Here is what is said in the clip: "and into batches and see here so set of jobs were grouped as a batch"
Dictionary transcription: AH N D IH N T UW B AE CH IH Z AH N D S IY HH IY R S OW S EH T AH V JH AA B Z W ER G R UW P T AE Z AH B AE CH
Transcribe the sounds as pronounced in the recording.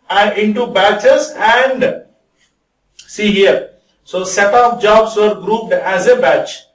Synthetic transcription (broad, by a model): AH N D IH N T UW B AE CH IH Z AH N D S IY HH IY R S OW S EH T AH P JH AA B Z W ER G R UW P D AE Z AH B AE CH